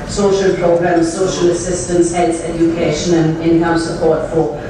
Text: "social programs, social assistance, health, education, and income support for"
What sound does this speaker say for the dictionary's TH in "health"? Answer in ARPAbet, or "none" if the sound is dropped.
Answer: S